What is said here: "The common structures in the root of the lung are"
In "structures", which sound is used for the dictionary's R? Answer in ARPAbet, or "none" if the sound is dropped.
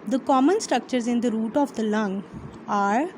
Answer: R